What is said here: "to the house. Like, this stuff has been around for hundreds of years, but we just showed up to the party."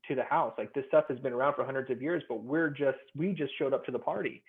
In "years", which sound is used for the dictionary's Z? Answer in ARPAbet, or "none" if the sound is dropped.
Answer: Z